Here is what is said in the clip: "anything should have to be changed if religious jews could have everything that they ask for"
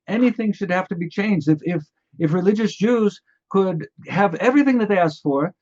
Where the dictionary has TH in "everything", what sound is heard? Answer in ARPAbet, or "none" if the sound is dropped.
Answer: TH